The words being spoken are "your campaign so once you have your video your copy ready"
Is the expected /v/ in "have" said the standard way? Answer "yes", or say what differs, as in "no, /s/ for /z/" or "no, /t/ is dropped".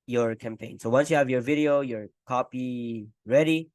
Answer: yes